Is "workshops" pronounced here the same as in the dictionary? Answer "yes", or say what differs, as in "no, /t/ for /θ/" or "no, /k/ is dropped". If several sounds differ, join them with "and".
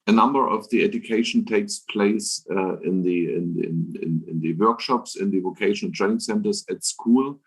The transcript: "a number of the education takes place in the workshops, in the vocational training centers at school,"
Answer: yes